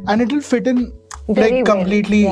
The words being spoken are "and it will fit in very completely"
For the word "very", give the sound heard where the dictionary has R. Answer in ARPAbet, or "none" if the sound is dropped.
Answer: none